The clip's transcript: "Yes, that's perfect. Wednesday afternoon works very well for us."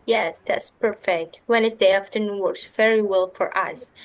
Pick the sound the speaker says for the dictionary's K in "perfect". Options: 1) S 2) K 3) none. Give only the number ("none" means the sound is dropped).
2